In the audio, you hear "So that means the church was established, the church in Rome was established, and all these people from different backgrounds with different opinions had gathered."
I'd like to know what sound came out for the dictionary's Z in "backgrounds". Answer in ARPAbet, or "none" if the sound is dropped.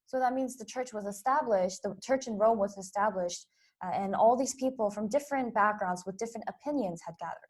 Z